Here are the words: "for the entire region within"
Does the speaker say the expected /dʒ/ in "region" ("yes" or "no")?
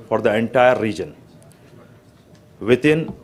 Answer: yes